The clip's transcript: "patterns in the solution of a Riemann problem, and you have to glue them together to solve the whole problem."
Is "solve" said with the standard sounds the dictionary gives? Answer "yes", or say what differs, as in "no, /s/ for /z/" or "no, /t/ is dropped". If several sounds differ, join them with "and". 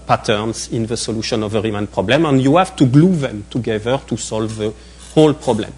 yes